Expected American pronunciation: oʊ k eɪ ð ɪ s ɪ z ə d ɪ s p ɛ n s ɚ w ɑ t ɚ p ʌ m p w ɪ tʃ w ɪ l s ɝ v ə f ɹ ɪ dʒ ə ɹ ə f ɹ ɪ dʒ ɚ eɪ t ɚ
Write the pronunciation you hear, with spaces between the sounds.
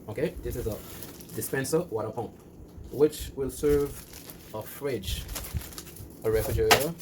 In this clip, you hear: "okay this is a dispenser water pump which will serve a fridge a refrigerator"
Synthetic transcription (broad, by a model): oʊ k eɪ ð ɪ s ɪ z ə d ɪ s p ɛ n s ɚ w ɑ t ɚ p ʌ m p w ɪ tʃ w ɪ l s ɝ v ə f ɹ ɪ dʒ ə ɹ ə f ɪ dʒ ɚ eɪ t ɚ